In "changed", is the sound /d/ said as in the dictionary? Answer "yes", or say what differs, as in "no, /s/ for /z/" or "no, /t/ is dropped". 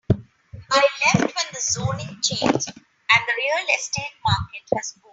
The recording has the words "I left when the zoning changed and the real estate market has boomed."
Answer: no, /d/ is dropped